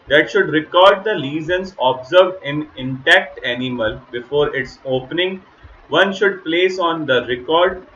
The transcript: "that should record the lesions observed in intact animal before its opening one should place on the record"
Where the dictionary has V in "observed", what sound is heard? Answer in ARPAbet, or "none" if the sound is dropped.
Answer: V